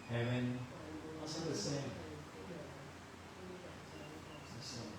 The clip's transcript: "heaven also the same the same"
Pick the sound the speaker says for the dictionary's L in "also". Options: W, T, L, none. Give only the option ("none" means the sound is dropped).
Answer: none